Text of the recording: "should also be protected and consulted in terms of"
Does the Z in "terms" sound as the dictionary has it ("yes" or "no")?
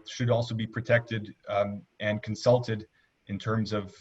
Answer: yes